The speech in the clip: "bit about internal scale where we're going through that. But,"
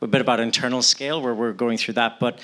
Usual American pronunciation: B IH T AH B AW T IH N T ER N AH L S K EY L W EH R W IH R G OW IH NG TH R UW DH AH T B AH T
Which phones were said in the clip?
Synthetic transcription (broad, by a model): B IH T AH B AW T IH N T ER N L S K EY L W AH R W IH R G OW IH NG TH R UW DH AH T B AH T